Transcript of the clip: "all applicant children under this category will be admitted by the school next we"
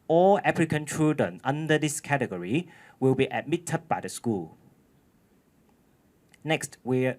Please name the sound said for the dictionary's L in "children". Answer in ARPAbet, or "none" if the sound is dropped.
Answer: none